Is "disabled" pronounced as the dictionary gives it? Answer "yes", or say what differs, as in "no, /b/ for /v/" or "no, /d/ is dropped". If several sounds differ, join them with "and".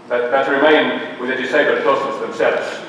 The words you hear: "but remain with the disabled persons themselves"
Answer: no, /l/ is dropped